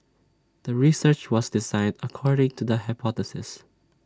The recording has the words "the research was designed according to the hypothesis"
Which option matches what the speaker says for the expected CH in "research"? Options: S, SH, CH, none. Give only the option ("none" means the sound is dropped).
CH